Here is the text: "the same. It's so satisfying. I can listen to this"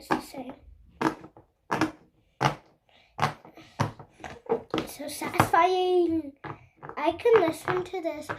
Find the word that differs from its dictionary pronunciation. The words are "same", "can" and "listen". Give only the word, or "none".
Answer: same